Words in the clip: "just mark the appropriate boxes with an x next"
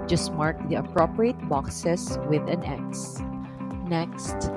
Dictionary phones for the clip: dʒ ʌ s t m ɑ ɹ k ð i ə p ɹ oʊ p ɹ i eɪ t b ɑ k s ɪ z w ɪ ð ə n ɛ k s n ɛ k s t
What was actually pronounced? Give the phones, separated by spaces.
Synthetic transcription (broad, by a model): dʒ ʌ s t m ɑ ɹ k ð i ə p ɹ oʊ p ɹ i eɪ t b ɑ k s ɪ s w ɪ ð ə n ɛ k s n ɛ k s t